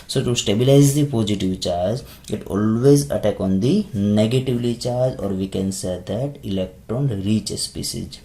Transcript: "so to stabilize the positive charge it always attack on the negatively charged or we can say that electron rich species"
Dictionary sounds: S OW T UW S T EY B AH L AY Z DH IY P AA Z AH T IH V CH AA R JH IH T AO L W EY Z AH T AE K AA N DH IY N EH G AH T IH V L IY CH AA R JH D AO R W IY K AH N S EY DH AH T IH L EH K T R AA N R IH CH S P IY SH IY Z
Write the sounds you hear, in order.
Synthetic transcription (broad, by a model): S OW T UW S T EY B AH L AY Z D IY P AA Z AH T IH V CH AA R JH IH T AO L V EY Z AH T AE K AA N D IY N EH G AH T IH V L IY CH AA R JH AO R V IY K AH N S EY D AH T IH L EH K T R AA N R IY CH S P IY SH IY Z